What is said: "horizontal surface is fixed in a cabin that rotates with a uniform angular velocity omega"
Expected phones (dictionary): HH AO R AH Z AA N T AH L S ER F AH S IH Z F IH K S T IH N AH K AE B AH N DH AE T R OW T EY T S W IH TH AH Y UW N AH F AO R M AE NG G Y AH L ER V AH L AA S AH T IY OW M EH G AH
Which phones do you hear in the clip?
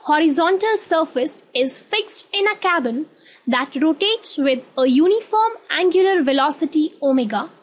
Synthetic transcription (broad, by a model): HH AO R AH Z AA N T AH L S ER F AH S IH Z F IH K S T IH N AH K AE B AH N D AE T R OW T EY T S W IH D AH Y UW N AH F AO R M AE NG G Y AH L ER V AH L AA S AH T IY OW M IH G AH